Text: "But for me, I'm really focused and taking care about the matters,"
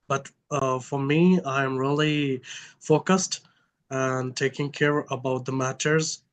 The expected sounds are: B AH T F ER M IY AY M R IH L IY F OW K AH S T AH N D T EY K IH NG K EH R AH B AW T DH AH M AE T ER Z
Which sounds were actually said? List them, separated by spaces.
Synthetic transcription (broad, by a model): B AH T F ER M IY AY M R IH L IY F OW K AH S T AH N T EY K IH NG K EH R AH B AW T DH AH M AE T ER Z